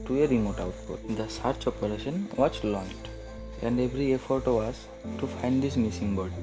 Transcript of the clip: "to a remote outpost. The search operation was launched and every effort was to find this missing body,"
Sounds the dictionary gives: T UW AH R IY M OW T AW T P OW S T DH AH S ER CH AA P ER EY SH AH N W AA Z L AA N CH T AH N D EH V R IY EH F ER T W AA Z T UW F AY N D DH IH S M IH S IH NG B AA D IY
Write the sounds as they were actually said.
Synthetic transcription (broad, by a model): T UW AH R IY M OW T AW T P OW T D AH S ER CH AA P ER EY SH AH N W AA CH L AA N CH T AH N D EH V R IY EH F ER T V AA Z T UW F AY N D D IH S M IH S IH NG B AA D